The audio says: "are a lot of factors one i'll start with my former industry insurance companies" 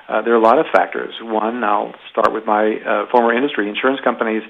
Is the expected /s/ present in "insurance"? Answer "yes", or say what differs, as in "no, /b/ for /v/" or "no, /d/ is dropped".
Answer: yes